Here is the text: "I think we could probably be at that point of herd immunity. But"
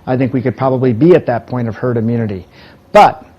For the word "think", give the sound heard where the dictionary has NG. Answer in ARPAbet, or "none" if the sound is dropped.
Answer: NG